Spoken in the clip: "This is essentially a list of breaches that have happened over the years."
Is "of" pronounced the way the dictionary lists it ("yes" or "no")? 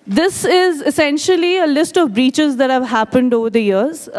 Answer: yes